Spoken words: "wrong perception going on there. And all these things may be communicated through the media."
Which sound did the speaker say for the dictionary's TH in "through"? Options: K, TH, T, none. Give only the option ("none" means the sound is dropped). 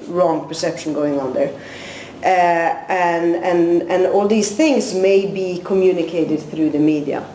TH